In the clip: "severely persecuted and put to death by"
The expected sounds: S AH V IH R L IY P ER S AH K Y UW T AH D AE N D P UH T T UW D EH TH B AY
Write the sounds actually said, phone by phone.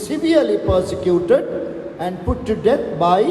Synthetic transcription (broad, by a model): S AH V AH R L IY P ER S AH K Y UW T AH D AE N D P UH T T UW D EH T B AY